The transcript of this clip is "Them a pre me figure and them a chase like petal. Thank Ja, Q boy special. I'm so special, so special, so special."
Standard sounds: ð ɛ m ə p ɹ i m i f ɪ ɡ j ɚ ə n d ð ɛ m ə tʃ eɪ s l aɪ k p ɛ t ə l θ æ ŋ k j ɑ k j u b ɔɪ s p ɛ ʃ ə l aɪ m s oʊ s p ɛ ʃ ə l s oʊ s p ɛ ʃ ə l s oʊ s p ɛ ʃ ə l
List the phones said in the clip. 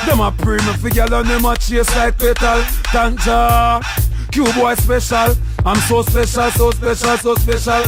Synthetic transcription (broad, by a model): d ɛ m ə p ɹ i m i f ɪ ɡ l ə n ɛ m ə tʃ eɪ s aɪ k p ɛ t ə l t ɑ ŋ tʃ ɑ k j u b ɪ s p ɛ ʃ ə l aɪ m s oʊ s p ɛ ʃ ə l s oʊ s p ɛ ʃ ə l s oʊ s p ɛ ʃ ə l